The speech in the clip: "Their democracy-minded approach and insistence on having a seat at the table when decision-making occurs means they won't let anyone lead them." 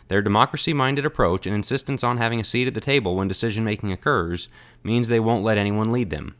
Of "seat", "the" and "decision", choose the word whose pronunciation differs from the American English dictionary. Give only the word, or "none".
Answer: none